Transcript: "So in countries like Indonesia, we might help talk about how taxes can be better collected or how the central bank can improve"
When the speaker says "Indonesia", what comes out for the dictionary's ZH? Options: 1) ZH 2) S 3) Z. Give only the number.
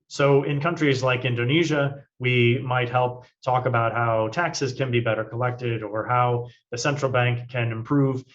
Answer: 1